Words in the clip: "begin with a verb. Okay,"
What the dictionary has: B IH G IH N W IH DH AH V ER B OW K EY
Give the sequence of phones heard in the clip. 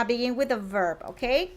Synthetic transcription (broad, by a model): B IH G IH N W IH DH AH V ER B OW K EY